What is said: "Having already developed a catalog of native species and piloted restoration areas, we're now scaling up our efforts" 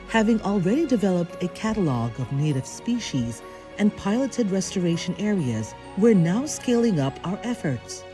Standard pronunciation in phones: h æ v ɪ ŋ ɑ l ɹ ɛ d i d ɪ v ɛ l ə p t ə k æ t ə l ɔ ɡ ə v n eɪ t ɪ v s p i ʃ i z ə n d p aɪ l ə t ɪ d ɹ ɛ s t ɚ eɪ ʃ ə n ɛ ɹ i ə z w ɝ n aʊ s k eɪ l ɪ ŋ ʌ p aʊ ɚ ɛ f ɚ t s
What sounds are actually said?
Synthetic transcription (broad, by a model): h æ v ɪ ŋ ɑ l ɹ ɛ d i d ɪ v ɛ l ə p t ə k æ t ə l ɔ ɡ ə v n eɪ t ɪ v s p i ʃ i z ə n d p aɪ l ə t ɪ d ɹ ɛ s t ɚ eɪ ʃ ə n ɛ ɹ i ə z w ɝ n aʊ s k eɪ l ɪ ŋ ʌ p aʊ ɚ ɛ f ɚ t s